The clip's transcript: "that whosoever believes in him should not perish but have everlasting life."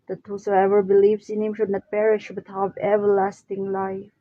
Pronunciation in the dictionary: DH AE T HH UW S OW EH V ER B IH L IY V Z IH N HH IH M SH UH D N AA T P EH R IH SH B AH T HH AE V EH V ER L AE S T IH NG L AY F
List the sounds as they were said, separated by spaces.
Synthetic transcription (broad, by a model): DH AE T HH UW S OW EH V ER B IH L IY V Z IH N HH IH M SH UH D N AA T P EH R IH SH B AH T HH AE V EH V ER L AE S T IH NG L AY F